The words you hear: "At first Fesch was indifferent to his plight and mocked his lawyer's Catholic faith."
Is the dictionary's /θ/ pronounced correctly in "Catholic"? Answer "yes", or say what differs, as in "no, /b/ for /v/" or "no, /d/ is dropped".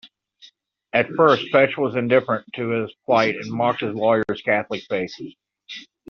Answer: yes